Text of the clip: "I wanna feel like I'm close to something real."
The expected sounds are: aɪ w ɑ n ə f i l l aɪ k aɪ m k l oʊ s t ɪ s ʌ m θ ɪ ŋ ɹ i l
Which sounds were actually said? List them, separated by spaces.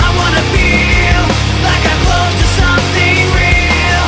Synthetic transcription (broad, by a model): aɪ w ɑ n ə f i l l aɪ k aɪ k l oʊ t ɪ s ʌ m θ ɪ ŋ ɹ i l